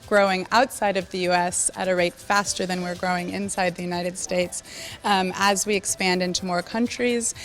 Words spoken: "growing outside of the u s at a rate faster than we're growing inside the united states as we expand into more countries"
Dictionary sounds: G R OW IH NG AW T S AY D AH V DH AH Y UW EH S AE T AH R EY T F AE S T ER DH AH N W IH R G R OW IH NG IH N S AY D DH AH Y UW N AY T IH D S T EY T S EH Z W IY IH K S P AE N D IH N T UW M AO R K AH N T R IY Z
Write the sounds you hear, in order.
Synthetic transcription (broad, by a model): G R OW IH NG AW T S AY D AH V DH AH Y UW EH S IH T AH R EY T F AE S T ER DH AH N W IH R G R OW IH NG IH N S AY D DH AH Y UW N AY T IH D S T EY T S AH Z W IY IH K S P AE N D IH N T UW M AO R K AH N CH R IY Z